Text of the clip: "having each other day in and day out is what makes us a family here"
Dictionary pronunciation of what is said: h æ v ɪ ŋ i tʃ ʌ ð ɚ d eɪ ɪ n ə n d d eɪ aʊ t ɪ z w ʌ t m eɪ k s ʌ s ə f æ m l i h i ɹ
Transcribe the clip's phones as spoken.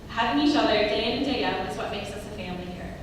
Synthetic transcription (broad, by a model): h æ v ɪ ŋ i ʃ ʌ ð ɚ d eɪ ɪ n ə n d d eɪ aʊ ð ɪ s w ʌ t m eɪ k s ʌ s ə f æ m l i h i ɹ